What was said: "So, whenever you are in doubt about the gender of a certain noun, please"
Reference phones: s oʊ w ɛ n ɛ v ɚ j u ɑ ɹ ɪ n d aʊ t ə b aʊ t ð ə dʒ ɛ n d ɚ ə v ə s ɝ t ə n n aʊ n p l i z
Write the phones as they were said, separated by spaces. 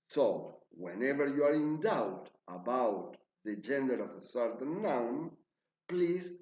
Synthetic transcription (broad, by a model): s oʊ w ɛ n ɛ v ɚ j u ɑ ɹ ɪ n d aʊ t ə b aʊ t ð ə dʒ ɛ n d ɚ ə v ə s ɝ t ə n n aʊ n p l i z